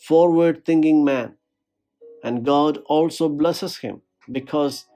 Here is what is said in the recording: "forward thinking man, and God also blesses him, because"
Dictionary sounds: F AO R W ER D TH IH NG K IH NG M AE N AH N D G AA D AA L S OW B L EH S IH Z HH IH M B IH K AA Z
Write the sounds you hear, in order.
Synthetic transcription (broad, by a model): F AO R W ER D T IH NG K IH NG M AE N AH N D G AA D AA L S OW B L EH S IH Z HH IH M B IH K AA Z